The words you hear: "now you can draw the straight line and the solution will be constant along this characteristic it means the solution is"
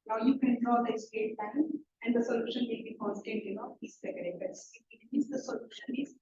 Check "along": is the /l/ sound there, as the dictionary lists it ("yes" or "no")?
no